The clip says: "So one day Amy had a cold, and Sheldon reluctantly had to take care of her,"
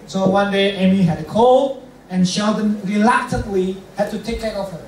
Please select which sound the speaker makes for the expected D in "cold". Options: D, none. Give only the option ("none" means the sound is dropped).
none